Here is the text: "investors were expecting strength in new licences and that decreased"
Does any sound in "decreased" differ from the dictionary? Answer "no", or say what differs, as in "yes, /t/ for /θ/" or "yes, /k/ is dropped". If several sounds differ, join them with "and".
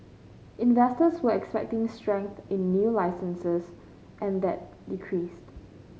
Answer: no